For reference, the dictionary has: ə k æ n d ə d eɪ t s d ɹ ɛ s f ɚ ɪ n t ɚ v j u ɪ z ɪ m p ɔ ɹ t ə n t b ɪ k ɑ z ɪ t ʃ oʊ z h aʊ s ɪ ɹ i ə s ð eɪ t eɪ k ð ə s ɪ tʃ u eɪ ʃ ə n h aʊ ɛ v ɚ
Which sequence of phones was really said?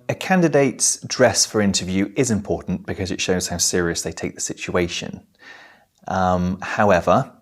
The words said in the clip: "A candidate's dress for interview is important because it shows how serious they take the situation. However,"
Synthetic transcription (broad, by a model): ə k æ n d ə d eɪ t s d ɹ ɛ s f ɚ ɪ n t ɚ v j u ɪ z ɪ m p ɔ t n b ɪ k ɑ z ɪ t ʃ oʊ z h aʊ s ɪ ɹ i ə s ð eɪ t eɪ k ð ə s ɪ tʃ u eɪ ʃ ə n h aʊ ɛ v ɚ